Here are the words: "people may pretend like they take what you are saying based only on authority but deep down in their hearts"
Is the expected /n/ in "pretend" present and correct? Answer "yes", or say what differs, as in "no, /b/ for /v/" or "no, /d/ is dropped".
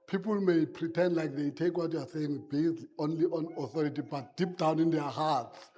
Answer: yes